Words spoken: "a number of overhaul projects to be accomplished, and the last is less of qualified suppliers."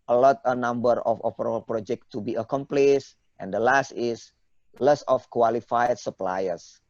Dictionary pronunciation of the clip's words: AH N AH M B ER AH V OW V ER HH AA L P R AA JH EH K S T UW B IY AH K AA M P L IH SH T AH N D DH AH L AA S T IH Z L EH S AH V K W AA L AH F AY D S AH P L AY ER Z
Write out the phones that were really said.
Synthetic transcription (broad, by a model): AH N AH M B ER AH F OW P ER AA L P R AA JH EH K T UW B IY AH K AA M P L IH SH T AH N D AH L AA S T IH S L EH S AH F K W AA L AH F AY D S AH P L AY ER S